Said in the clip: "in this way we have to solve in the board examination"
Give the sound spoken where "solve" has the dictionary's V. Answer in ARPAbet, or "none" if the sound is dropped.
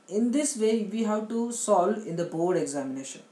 none